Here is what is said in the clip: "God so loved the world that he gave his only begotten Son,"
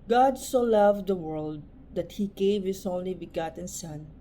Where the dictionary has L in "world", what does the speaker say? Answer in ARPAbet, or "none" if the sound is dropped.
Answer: L